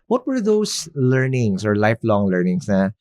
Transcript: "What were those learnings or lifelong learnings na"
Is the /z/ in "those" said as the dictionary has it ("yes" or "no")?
no